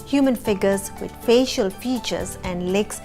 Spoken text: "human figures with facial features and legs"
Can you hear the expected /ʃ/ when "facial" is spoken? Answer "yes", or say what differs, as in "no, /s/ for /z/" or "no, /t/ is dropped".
yes